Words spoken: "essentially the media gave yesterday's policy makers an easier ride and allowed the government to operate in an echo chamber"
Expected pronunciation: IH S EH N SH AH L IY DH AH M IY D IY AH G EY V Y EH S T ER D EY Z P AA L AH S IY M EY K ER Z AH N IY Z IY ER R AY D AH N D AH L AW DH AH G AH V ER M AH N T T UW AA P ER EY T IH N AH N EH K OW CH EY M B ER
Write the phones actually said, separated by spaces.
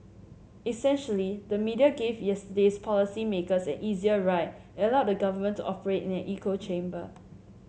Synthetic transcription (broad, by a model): IH S EH N SH AH L IY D AH M IY D IY AH G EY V Y EH S T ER D EY S P AA L AH S IY M EY K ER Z AH N IY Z IY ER R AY AH AH L AW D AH G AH V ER M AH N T T UW AA P ER EY T IH N AH N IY K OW CH EY M B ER